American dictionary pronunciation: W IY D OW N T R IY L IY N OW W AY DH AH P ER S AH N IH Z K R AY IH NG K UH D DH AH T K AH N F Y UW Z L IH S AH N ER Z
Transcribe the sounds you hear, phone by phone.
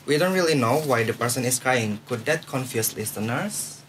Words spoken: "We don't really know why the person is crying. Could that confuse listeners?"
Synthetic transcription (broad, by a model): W IY D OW N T R IY L IY N OW W AY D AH P ER S AH N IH S K R AY IH NG K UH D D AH T K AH N F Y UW S L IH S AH N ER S